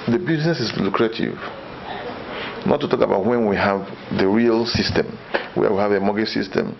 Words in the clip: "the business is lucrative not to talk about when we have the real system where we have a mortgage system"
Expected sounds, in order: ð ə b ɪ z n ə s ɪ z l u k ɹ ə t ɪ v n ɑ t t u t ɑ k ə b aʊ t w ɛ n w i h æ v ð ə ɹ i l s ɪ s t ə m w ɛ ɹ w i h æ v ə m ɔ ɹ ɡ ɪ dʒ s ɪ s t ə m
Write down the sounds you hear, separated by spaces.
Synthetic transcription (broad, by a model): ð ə b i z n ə s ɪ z l u k ɹ ə t ɪ v n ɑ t t u t ɑ k ə b aʊ t w ɛ n w i h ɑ v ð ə ɹ i l s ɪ s t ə m w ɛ w i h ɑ v ə m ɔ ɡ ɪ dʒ s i s t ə m